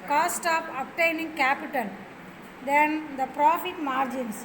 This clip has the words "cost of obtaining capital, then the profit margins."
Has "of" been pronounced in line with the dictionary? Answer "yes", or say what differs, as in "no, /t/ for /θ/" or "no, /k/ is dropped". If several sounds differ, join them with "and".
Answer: no, /p/ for /v/